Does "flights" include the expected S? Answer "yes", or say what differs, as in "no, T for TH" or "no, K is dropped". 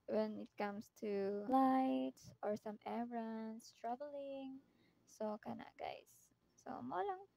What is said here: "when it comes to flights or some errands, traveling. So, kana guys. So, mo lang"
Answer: no, S is dropped